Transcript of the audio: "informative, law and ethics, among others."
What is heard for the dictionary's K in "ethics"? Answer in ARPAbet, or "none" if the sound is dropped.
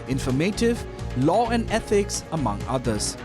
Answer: K